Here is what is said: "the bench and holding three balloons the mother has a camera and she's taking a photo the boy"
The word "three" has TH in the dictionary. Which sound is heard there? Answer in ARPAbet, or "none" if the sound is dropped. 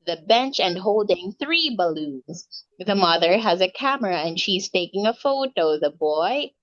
TH